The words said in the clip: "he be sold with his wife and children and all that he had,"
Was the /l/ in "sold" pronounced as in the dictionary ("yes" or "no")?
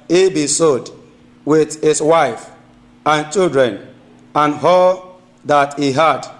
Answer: no